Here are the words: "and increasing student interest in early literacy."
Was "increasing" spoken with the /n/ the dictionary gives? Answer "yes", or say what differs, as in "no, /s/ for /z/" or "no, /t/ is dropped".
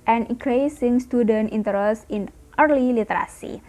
no, /n/ is dropped